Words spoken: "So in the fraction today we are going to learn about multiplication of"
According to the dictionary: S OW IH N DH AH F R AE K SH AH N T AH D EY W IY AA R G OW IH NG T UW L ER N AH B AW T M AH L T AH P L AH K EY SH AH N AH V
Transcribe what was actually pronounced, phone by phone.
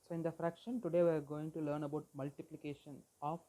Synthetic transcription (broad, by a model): S OW IH N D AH F R AE K SH AH N T AH D EY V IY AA R G OW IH NG T UW L ER N AH B AW T M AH L T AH P L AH K EY SH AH N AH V